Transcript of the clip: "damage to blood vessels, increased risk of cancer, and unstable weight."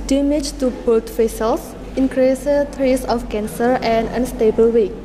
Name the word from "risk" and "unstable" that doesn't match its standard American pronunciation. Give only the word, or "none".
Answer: risk